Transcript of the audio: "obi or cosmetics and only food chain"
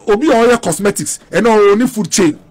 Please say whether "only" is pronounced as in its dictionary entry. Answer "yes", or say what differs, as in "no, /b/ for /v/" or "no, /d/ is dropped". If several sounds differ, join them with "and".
no, /l/ is dropped